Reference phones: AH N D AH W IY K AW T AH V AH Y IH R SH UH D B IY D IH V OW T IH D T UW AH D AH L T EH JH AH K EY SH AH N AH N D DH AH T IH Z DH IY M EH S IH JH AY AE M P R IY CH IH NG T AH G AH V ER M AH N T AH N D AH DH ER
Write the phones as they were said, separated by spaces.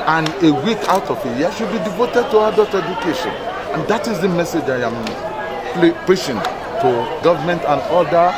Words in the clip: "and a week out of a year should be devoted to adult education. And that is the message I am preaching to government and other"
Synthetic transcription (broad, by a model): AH N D AH W IY K AW T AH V AH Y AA SH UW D B IY D IH V OW T IH D T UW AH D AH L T EH JH AH K EY SH AH N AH N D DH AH T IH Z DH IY M EH S IH JH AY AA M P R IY SH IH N T AH G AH V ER M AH N T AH N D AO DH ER